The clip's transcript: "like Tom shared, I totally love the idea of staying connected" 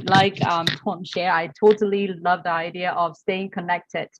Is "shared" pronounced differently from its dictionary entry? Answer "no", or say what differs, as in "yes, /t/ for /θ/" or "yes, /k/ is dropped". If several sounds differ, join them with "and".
yes, /d/ is dropped